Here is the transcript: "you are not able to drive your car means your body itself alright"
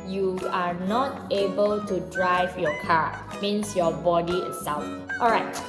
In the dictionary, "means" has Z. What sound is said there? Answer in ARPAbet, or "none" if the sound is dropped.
S